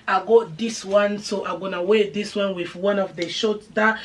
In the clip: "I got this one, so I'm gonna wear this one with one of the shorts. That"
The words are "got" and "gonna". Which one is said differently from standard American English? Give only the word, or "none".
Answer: none